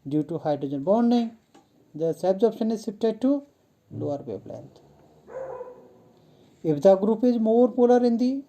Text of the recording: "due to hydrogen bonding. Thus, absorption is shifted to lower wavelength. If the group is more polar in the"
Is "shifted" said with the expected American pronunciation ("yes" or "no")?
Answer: no